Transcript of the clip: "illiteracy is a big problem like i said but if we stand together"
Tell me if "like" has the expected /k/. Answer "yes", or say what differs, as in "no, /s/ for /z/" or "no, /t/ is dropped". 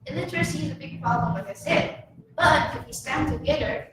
no, /k/ is dropped